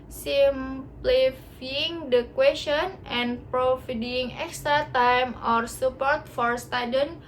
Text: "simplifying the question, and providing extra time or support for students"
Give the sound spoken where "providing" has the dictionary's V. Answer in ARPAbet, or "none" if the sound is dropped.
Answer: F